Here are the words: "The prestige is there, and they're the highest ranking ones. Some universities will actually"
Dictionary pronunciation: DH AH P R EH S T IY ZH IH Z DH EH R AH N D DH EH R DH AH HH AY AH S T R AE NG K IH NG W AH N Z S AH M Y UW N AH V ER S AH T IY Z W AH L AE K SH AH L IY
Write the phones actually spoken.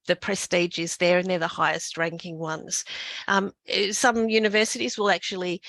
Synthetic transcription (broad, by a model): DH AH P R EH S T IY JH IH Z DH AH R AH N DH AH R DH AH HH AY AH S T R AE NG K IH NG W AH N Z S AH M Y UW N AH V ER S AH T IY Z W AH L AE K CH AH L IY